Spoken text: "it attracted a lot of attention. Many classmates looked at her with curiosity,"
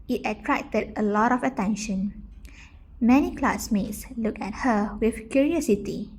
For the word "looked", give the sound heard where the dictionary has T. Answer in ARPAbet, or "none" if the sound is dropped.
none